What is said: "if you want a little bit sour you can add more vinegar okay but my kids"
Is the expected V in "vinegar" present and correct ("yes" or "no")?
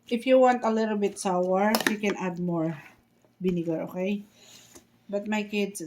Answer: no